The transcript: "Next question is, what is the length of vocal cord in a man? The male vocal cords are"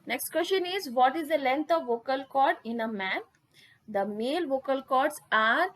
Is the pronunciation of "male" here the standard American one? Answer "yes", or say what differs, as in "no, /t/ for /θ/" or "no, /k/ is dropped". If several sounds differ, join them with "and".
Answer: yes